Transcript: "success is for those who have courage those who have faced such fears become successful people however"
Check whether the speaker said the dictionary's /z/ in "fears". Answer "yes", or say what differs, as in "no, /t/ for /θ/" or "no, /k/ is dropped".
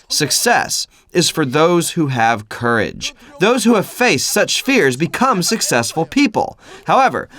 yes